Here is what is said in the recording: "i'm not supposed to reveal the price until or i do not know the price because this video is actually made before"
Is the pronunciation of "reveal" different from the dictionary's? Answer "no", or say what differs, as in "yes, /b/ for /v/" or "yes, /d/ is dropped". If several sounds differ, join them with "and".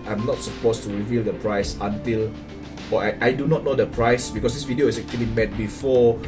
no